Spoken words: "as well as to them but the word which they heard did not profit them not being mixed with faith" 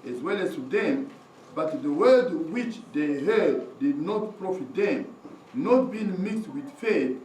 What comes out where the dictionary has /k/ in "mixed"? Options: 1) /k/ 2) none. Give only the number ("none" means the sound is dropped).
1